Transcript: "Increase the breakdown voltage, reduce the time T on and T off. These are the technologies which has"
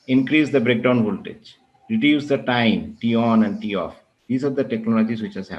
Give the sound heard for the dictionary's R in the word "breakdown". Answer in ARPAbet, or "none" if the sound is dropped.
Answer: R